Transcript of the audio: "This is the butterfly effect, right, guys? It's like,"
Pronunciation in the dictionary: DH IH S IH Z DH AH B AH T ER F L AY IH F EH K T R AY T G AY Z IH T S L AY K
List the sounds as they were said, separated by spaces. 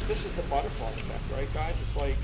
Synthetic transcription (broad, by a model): DH IH S IH Z DH AH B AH T ER F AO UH IH F EH K T R AY T G AY Z IH T S L AY K